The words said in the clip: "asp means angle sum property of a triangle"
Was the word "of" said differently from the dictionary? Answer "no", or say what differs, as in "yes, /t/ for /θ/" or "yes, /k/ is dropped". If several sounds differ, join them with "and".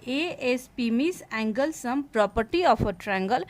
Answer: yes, /p/ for /v/